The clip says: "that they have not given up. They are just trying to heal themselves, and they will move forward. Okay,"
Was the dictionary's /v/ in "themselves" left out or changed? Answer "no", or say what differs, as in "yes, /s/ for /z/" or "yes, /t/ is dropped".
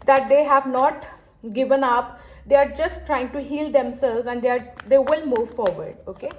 yes, /v/ is dropped